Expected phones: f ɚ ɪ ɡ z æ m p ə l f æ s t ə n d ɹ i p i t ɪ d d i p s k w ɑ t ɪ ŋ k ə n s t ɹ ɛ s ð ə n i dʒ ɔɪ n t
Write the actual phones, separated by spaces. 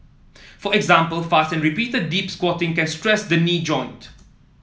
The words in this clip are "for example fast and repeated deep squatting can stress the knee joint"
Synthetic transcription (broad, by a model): f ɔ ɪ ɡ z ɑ m p ə l f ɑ s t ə n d ɹ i p i t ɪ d d i p s k w ɑ t ɪ ŋ k ə n s t ɹ ɛ s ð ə n i dʒ ɔɪ n t